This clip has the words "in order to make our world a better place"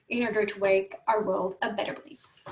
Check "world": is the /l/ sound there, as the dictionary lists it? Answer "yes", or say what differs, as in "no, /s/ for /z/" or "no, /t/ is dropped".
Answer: yes